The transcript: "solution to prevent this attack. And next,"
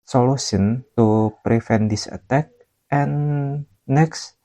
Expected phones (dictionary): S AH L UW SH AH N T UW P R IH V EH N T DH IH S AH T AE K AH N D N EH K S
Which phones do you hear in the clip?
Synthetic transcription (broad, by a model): S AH L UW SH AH N T UW P R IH F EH N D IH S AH T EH K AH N N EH K S